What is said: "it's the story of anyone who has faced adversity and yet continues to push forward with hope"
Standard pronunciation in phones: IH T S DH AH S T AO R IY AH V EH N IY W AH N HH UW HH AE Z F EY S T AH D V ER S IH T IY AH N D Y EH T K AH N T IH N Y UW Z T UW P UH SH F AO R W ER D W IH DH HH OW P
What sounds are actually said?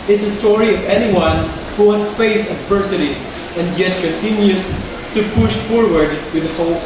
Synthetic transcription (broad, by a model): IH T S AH S T AO R IY AH V EH N IY W AH N HH UW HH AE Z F EY S AH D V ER S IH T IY AH N D Y EH T K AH N T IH N Y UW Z T UW P UH SH F AO R W ER D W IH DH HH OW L